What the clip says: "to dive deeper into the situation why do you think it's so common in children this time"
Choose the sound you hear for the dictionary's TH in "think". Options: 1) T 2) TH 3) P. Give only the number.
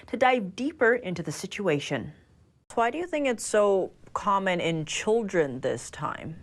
2